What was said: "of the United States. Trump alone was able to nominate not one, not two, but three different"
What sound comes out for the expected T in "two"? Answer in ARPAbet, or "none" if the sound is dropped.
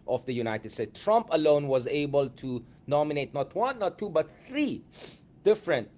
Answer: T